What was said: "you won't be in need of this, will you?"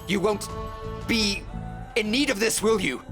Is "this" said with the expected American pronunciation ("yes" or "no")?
yes